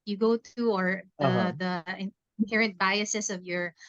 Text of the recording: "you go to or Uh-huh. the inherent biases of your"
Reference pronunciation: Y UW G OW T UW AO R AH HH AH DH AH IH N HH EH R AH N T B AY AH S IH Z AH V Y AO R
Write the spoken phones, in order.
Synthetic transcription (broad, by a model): Y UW G OW T UW AO R AH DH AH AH IH N HH EH R AH N T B AY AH S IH S AH V Y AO R